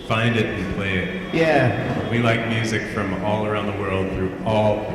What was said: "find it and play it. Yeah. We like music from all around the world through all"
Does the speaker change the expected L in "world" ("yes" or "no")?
no